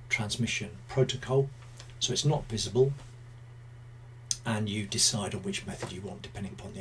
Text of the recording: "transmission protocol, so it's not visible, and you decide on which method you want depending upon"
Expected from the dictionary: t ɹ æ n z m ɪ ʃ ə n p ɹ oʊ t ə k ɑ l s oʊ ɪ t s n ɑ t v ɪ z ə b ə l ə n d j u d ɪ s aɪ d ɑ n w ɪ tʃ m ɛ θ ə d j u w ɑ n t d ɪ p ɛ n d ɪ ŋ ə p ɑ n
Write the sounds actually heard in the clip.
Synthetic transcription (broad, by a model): t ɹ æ n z m ɪ ʃ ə n p ɹ oʊ t ə k ɑ l s oʊ ɪ t s n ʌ t v ɪ z ə b ə l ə n j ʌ d ɪ s aɪ d n w ɪ tʃ m ɛ θ ə d j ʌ w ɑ n d ɪ p ɛ n d ɪ ŋ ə p ɑ n